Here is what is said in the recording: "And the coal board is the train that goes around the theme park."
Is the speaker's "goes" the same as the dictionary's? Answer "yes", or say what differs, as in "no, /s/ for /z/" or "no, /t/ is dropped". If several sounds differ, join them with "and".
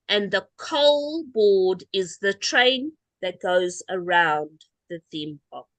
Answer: yes